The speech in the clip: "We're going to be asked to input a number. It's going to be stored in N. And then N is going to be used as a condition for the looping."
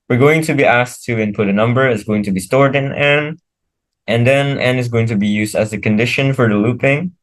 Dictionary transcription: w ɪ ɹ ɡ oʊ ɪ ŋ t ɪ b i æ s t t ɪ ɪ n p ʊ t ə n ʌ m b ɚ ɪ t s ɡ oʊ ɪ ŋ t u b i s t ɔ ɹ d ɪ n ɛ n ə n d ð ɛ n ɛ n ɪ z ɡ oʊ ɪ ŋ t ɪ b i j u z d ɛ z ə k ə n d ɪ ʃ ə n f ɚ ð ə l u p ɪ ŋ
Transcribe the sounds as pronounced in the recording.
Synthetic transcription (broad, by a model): w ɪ ɹ ɡ oʊ ɪ ŋ t ɪ b i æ s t t ɪ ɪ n p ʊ t ə n ʌ m b ɚ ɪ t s ɡ oʊ ɪ ŋ t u b i s t ɔ ɹ d ɪ n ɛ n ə n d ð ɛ n ɛ n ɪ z ɡ oʊ ɪ ŋ t ɪ b i j u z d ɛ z ə k ə n d ɪ ʃ ə n f ɚ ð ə l u p ɪ ŋ